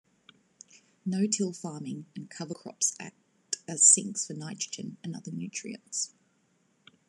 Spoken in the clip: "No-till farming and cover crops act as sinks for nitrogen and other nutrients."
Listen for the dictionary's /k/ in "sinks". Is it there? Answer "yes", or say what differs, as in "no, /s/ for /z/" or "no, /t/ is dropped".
yes